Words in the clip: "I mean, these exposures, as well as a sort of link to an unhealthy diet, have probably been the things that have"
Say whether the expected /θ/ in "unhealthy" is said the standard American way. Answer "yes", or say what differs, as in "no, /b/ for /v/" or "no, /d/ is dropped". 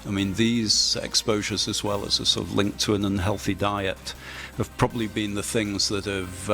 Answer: yes